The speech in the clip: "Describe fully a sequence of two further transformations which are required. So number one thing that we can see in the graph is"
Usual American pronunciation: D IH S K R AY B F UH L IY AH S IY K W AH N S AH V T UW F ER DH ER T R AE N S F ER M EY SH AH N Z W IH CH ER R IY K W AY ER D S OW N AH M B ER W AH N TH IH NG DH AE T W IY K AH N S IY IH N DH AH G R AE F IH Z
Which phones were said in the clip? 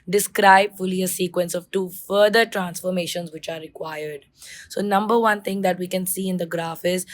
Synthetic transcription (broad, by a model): D IH S K R AY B F UH L IY AH S IY K W AH N S AH V T UW F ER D ER T R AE N S F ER M EY SH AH N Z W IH CH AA R IY K W AY ER D S OW N AH M B ER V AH N T IH NG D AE T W IY K AH N S IY IH N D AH G R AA F IH Z